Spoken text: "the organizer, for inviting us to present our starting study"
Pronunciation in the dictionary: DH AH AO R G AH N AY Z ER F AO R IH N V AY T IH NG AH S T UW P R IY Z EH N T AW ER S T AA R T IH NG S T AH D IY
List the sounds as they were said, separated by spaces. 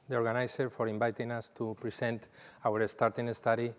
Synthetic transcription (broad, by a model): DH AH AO R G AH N AY S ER F AO R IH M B AY T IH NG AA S T UW P R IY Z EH N T AW ER S T AA R T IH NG S T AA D IY